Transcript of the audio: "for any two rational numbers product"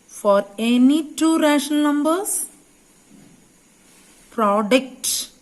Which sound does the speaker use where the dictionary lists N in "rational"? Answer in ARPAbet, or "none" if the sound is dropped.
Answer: none